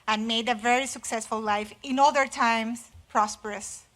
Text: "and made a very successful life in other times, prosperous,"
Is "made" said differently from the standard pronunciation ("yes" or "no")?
no